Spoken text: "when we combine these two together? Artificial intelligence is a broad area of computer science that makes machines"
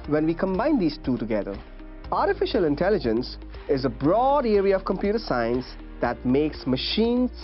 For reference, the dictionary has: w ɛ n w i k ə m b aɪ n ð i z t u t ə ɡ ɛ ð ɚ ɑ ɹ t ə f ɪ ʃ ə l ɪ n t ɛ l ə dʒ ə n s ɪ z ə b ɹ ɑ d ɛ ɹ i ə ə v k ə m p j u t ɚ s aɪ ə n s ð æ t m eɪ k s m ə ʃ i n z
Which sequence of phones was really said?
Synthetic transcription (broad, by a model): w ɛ n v i k ə m b aɪ n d i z t u t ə ɡ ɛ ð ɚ ɑ ɹ t ə f ɪ ʃ ə l ɪ n t ɛ l ə dʒ ə n s ɪ z ə b ɹ ɑ d ɛ ɹ i ə ə v k ə m p j u t ɚ s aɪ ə n s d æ t m eɪ k s m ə ʃ i n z